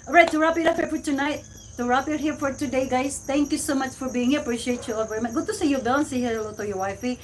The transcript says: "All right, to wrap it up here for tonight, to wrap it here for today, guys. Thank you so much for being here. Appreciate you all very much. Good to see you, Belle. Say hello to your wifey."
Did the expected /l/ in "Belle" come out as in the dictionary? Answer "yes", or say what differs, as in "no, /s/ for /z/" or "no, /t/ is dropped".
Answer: no, /n/ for /l/